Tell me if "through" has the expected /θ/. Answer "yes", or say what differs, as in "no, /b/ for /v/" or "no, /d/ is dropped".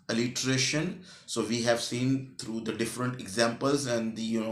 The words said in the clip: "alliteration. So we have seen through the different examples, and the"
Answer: no, /t/ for /θ/